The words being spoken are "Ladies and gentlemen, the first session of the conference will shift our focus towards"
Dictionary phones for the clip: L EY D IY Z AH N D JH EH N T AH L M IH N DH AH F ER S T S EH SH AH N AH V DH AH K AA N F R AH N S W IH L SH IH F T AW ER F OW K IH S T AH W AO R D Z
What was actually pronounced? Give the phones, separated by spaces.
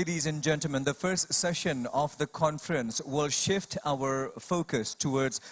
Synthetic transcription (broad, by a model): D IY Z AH N JH EH N T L M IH N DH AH F ER S T S EH SH AH N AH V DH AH K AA N F R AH N S W IH L SH IH F T AW ER F OW K IH S T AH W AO R D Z